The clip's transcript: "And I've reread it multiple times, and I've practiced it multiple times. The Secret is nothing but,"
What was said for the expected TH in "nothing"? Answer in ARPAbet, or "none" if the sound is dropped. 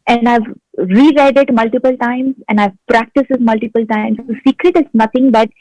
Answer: T